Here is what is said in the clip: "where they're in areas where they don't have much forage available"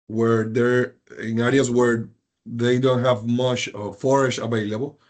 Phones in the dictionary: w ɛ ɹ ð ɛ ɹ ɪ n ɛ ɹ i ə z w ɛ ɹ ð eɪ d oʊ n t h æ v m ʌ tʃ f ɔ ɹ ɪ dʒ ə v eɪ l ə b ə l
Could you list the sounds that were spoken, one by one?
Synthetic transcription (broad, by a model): w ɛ ɹ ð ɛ ɹ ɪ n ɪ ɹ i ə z w ɛ ɹ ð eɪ d oʊ n t h æ v m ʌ tʃ f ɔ ɹ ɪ ʃ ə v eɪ l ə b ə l